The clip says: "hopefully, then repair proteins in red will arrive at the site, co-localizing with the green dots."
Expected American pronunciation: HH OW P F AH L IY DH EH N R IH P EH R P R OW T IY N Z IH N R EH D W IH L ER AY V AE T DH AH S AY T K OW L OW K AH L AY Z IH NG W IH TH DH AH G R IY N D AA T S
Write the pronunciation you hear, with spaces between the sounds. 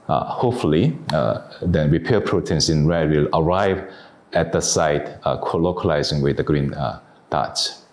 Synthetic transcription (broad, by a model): HH OW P F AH L IY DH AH R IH P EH P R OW T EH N S IH N R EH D W IH L ER AY V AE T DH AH S AY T K OW L OW K AH L AY Z IH NG W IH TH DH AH G R IY N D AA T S